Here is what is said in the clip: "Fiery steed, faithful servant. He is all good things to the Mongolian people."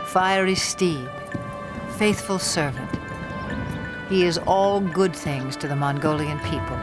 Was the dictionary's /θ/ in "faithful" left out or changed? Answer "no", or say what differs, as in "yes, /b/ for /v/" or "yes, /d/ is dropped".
no